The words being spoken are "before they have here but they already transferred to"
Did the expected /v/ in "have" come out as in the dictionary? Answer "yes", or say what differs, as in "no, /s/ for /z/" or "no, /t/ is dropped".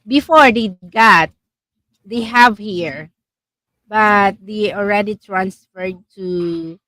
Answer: yes